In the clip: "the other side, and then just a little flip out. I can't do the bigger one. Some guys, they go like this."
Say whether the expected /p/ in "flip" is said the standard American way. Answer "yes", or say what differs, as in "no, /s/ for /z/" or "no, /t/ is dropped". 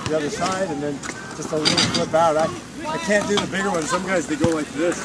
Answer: no, /b/ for /p/